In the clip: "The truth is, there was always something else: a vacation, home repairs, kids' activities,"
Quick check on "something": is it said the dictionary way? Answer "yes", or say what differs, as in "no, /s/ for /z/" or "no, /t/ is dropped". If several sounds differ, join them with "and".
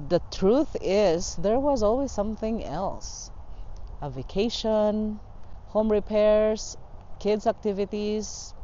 yes